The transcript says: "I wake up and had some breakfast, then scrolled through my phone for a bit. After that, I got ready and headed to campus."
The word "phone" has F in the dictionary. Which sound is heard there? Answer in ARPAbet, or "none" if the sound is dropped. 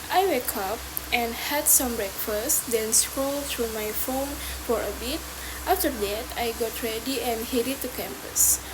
F